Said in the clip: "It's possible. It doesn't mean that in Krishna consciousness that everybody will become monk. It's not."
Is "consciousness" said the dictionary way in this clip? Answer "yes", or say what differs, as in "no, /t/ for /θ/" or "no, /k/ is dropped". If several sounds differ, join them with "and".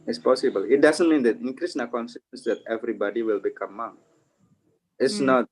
no, /s/ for /ʃ/